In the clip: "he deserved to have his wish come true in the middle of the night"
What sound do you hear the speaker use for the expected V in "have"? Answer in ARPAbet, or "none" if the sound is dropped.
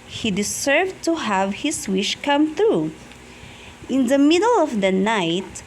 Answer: V